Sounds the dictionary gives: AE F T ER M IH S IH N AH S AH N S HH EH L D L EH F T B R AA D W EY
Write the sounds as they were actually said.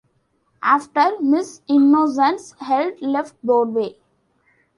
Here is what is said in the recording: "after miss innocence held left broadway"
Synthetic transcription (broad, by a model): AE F T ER M IH S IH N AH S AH N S HH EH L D L EH F T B AA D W EY